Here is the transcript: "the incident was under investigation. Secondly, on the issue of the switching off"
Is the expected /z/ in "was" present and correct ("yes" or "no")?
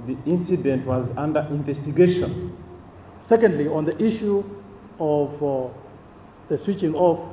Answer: yes